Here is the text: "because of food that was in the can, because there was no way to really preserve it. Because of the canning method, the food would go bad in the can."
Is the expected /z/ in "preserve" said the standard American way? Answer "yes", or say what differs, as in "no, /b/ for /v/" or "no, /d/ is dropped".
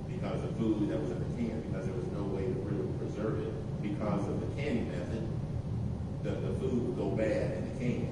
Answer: yes